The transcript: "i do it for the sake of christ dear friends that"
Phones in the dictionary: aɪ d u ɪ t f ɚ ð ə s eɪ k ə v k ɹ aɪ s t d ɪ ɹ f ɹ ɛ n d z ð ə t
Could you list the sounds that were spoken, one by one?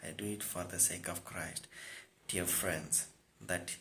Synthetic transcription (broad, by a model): aɪ d u ɪ t f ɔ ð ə s eɪ k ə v k ɹ aɪ s t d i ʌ f ɹ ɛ n d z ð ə t